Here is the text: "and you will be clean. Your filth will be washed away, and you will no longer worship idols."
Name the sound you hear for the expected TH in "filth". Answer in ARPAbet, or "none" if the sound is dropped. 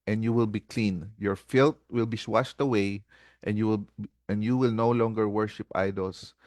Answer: T